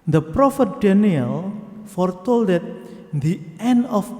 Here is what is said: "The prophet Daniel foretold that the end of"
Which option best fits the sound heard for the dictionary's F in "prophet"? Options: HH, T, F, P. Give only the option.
F